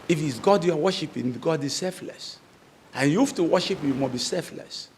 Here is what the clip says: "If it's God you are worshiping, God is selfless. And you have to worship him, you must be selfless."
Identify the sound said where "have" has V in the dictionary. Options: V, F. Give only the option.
F